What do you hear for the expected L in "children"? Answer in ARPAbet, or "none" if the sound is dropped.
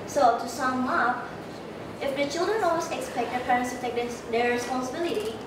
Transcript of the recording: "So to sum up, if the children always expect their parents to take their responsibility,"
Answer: L